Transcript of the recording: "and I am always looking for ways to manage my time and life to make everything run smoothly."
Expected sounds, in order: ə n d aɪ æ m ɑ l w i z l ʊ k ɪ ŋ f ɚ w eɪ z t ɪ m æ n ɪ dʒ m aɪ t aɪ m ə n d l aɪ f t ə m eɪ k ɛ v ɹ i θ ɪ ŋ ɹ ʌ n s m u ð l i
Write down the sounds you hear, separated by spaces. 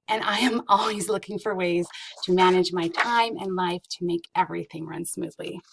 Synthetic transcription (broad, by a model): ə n aɪ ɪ m ɑ l w i z l ʊ k ɪ ŋ f ɚ w eɪ z t ɪ m æ n ɪ dʒ m aɪ t aɪ m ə n l aɪ f t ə m eɪ k ɛ v ɹ i θ ɪ ŋ ɹ ʌ n s m u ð l i